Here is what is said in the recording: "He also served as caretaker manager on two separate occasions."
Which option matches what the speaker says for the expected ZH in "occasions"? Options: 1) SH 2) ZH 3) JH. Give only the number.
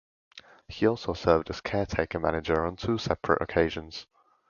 2